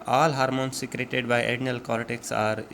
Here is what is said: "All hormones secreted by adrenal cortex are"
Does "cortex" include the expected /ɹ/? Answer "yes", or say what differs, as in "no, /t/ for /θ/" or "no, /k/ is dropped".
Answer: no, /l/ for /ɹ/